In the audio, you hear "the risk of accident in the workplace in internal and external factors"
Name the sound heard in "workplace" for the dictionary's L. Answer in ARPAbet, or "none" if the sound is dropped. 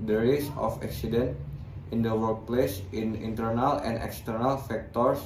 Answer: L